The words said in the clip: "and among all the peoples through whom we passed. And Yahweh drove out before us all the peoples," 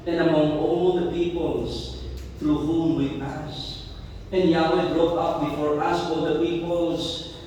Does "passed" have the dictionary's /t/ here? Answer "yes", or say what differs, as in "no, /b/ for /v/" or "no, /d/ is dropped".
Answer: no, /t/ is dropped